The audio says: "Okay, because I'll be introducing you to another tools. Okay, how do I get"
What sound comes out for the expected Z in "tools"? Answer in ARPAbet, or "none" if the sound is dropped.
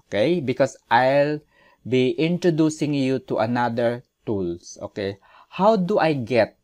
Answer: S